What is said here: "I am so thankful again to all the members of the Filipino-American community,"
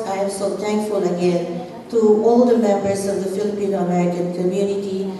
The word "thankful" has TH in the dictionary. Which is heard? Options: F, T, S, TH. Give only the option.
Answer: T